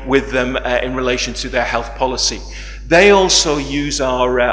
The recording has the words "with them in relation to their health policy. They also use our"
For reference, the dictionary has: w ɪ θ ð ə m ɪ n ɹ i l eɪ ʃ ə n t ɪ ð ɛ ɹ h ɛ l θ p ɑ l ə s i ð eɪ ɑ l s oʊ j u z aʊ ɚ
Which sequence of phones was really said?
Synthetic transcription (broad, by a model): w ɪ ð ə m ɪ n ɹ i l eɪ ʃ ə n t ɪ ð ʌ ɹ h ɛ l θ p ɑ l ə s i ð eɪ ɑ l s oʊ j u z aʊ ɚ